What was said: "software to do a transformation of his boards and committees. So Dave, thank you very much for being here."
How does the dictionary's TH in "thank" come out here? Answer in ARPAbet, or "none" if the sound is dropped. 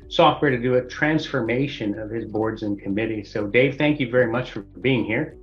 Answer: TH